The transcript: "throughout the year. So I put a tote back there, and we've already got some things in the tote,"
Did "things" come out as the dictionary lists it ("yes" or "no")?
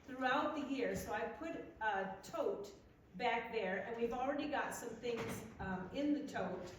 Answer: yes